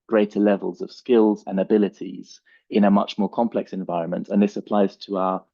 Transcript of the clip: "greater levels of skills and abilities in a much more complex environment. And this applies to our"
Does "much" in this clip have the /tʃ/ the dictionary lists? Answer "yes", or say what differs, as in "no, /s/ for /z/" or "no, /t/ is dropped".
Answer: yes